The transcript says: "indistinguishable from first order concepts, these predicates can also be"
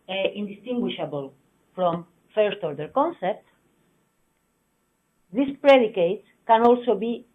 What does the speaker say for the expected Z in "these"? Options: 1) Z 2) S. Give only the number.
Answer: 2